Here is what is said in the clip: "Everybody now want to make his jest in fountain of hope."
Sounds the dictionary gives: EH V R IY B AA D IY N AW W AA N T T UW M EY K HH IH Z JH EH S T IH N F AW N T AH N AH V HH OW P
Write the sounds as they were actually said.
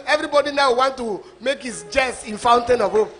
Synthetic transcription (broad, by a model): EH V R IY B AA D IY N AW W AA N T T UW M EY K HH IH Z JH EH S IH N F AW N T AH N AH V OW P